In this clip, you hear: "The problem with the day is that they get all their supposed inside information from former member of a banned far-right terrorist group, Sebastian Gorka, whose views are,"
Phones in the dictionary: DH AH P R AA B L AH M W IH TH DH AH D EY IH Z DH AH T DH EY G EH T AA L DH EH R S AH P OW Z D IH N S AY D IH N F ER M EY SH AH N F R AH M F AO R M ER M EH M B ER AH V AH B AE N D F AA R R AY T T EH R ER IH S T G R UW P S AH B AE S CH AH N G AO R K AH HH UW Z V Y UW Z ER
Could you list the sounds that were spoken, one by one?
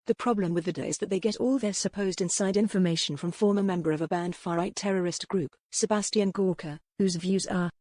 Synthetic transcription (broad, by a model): DH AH P R AA B L AH M W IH DH AH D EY IH Z DH AH T DH EY G EH T AA L DH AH R S AH P OW Z D IH N S AY D IH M F ER M EY SH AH N F R AH M F AO R M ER M EH M B ER AH V AH B AE N D F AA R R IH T T EH R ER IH S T G R UW P S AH B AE S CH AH N G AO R K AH HH UW Z V Y UW Z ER